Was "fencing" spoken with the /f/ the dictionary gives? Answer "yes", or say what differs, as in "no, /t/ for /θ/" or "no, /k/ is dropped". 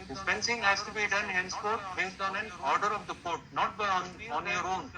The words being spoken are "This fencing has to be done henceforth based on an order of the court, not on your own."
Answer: no, /p/ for /f/